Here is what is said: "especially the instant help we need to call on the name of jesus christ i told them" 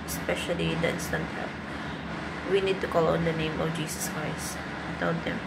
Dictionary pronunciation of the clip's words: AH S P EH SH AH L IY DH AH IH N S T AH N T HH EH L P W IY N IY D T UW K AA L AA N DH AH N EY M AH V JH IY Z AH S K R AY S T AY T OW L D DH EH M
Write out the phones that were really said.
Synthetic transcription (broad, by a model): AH S P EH SH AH L IY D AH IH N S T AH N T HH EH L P W IY N IY D T UW K AA L AA N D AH N EY M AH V JH IY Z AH S K R AY S T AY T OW N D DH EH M